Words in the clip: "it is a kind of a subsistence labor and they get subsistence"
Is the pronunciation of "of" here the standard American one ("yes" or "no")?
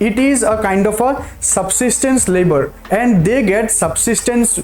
no